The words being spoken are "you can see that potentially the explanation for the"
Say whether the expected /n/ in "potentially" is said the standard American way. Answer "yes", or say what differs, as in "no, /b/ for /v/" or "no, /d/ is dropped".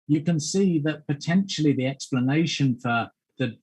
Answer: yes